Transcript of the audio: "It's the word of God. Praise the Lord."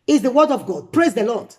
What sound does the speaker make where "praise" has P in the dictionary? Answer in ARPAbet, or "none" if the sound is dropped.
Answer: P